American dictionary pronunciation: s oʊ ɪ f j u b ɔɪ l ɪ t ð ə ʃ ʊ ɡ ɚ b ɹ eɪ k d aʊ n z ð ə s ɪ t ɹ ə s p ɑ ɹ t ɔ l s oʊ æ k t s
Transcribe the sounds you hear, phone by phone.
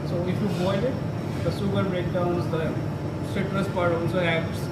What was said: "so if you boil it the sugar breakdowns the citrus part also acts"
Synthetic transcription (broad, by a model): s oʊ ɪ f j u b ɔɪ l ɪ t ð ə s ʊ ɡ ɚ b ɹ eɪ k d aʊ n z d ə s ɪ t ɹ ə s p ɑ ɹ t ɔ n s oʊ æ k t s